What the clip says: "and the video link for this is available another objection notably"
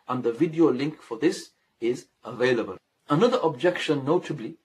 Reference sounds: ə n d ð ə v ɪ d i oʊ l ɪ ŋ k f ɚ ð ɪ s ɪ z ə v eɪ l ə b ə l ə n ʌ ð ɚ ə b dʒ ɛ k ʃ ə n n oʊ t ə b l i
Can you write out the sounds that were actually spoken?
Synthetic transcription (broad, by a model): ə n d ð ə v ɪ d i oʊ l ɪ ŋ k f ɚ ð ɪ s ɪ z ə v eɪ l ə b ə l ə n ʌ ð ɚ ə b dʒ ɛ k ʃ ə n n oʊ t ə b l i